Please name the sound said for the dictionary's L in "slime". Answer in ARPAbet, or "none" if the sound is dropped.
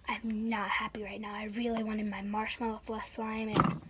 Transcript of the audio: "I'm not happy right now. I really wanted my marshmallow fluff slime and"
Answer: L